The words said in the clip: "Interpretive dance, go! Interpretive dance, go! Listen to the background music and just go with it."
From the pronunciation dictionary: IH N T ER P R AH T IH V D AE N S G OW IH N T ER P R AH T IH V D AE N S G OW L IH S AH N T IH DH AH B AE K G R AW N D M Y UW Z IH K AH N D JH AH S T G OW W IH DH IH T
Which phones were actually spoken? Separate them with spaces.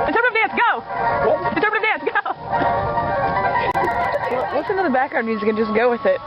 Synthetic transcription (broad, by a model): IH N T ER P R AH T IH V D AE N S G OW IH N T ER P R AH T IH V D AE N S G OW W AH S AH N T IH DH AH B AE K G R AW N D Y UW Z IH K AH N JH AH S G OW W IH DH IH T